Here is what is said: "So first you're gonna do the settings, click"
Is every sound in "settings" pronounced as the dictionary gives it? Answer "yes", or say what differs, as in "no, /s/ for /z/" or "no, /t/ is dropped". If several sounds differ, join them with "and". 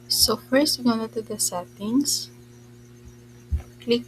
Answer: no, /s/ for /z/